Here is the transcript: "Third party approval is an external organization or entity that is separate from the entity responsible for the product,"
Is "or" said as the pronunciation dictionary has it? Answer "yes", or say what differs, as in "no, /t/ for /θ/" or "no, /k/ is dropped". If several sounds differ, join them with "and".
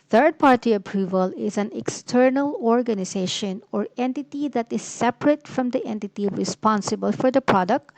yes